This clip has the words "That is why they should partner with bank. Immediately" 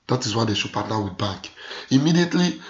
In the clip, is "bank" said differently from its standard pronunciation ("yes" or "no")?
yes